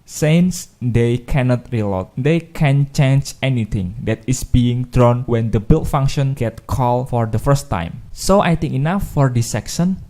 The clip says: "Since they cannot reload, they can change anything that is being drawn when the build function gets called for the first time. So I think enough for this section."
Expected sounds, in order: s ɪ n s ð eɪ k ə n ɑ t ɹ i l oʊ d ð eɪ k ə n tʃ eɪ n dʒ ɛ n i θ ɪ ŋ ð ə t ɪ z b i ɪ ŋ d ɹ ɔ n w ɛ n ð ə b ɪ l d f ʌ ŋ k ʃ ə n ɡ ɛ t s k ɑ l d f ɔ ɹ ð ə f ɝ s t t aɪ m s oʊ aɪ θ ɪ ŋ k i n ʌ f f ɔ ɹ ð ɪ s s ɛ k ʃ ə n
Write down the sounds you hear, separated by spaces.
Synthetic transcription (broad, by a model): s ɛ n s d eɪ k ə n ɑ t ɹ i l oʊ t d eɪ k ə n tʃ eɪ n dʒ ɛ n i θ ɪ ŋ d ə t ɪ s b i ɪ ŋ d ɹ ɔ n w ɛ n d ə b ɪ l f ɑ ŋ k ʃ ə n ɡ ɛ t k ɑ l f ɔ ɹ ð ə f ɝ s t t aɪ m s oʊ aɪ t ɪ ŋ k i n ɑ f f ɔ ɹ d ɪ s s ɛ k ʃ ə n